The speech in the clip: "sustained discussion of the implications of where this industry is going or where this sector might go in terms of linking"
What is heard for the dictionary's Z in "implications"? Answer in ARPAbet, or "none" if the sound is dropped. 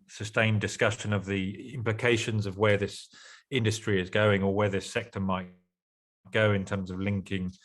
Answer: Z